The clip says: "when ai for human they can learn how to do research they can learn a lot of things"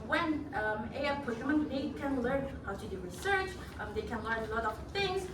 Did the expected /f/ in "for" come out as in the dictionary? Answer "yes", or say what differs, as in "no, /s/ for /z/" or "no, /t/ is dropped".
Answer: no, /p/ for /f/